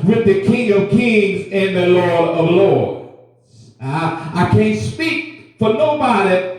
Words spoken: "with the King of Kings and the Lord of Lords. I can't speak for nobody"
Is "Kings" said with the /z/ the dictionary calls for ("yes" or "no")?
yes